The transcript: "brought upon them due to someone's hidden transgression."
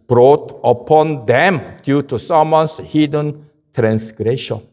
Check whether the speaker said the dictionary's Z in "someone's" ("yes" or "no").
no